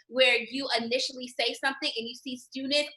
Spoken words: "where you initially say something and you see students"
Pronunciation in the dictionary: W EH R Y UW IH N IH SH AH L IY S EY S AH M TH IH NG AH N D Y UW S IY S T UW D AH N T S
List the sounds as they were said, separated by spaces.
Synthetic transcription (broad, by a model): W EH R Y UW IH N IH SH L IY S EY S AH M TH IH NG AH N Y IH S IY S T UW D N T